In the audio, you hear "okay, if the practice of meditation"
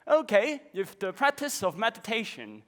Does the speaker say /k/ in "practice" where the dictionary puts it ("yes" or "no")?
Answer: yes